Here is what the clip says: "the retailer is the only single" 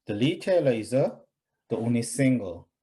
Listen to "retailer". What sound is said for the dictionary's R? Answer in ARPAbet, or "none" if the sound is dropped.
L